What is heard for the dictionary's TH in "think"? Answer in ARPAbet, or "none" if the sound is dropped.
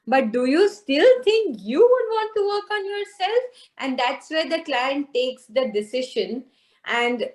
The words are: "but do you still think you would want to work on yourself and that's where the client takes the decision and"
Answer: T